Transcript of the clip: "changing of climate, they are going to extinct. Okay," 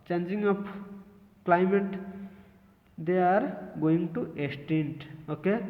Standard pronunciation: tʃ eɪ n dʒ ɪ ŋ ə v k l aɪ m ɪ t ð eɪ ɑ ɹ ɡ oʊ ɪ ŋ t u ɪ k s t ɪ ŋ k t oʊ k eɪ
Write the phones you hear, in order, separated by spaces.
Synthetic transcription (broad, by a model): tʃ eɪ n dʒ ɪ ŋ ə p k l aɪ m ɪ t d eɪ ɑ ɹ ɡ oʊ ɪ ŋ t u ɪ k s t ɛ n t oʊ k eɪ